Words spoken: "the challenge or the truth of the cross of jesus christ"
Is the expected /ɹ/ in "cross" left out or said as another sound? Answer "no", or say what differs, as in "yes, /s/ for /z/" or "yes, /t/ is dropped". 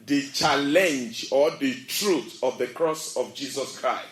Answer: no